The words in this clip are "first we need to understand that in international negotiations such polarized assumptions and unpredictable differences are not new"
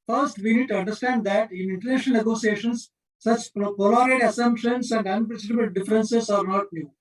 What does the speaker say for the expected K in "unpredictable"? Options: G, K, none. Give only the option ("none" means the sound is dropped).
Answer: none